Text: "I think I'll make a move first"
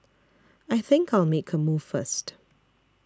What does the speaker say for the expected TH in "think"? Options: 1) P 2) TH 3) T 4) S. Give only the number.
2